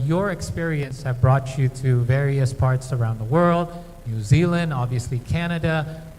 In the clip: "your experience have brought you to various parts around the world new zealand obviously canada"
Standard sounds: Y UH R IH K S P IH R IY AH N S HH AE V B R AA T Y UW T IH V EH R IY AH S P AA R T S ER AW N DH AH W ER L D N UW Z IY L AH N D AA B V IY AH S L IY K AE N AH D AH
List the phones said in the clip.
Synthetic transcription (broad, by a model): Y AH R IH K S P IH R IY AH N S HH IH V B R AA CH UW T IH V EH R IY AH S P AA R T S ER AW N DH AH W ER L D N UW Z IY L AH N D AA B V IY AH S L IY K AE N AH D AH